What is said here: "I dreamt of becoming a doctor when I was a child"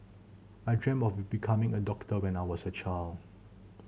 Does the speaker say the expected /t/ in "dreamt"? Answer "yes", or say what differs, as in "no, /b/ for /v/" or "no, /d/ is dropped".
no, /t/ is dropped